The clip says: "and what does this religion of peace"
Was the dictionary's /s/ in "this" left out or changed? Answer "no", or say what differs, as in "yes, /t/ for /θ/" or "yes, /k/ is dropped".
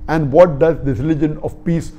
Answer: yes, /s/ is dropped